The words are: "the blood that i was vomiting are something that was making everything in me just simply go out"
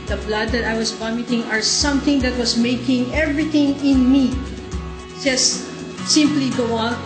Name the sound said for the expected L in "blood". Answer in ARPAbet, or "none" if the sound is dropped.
L